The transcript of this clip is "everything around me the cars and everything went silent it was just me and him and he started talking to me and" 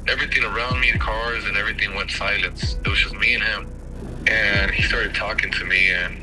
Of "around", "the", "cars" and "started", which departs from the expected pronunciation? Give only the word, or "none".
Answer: none